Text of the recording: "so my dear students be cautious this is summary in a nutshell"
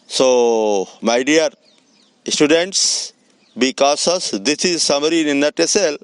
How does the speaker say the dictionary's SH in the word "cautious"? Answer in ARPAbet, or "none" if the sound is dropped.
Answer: S